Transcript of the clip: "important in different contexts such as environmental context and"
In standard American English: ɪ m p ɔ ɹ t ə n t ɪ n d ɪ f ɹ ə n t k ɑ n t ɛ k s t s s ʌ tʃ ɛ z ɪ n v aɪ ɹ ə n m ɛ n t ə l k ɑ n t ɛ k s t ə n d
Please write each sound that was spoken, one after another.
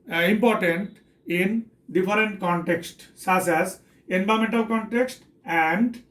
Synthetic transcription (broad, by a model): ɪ m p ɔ ɹ t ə n t ɪ n d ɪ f ɹ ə n t k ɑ n t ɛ k s t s s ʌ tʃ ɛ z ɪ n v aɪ ə m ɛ n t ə l k ɑ n t ɛ k s t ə n d